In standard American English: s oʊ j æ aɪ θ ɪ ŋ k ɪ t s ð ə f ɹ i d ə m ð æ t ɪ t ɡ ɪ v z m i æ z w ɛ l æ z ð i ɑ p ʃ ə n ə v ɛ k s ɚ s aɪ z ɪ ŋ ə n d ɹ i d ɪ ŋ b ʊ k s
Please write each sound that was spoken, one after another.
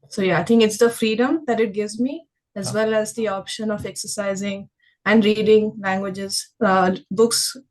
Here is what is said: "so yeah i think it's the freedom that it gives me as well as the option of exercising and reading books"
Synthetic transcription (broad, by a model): s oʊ j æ aɪ t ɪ ŋ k ɪ t s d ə f ɹ i d ə m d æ t ɪ t ɡ ɪ v z m i æ z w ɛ l æ z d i ɑ p ʃ ə n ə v ɛ k s ɚ s aɪ z ɪ ŋ ə n d ɹ i d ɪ ŋ b ʊ k s